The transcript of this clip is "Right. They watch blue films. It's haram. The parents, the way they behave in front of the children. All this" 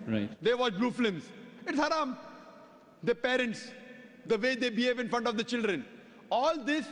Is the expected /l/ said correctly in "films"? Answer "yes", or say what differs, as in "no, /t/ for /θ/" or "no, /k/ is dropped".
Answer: no, /l/ is dropped